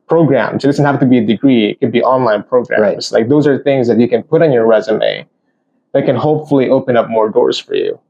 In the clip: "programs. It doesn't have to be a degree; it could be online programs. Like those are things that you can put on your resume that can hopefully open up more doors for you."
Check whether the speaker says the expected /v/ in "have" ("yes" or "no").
no